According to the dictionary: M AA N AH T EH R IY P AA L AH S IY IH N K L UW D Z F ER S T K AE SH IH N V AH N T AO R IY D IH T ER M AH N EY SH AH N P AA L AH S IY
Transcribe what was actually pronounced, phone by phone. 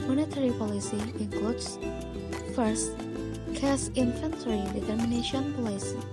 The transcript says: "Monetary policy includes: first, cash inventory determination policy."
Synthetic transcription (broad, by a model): M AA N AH T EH R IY P AA L AH S IY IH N K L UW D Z F ER S T K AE S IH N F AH N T R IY D IH T ER M AH N EY SH AH N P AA L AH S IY